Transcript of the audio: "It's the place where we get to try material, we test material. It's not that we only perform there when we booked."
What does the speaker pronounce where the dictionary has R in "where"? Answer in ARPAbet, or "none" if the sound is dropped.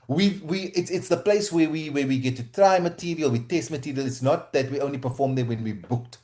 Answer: W